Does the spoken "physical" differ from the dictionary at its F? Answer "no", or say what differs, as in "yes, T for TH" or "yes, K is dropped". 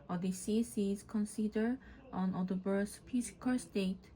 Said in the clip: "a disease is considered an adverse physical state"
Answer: yes, P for F